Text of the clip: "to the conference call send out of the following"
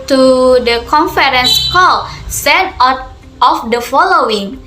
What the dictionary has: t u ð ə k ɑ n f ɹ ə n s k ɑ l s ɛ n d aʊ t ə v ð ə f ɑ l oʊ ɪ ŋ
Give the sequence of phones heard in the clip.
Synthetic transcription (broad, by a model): t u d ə k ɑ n f ɹ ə n s k ɑ l s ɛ d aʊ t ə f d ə f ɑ l oʊ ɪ ŋ